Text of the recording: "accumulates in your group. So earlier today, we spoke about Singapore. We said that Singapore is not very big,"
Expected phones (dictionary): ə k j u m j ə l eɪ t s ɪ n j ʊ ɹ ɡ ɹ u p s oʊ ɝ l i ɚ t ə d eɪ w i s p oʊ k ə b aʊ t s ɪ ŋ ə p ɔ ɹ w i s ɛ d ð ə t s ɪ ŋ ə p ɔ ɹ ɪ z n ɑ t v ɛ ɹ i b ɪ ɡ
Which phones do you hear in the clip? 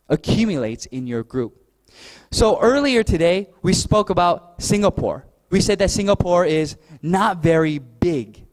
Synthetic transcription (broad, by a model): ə k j u m j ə l eɪ t s ɪ n j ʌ ɹ ɡ ɹ u p s oʊ ɝ l i ɚ t ə d eɪ w i s p oʊ k ə b aʊ t s ɪ ŋ ə p ɔ ɹ w i s ɛ d ð ə t s ɪ ŋ ə p ɔ ɹ ɪ z n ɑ t v ɛ ɹ i b ɪ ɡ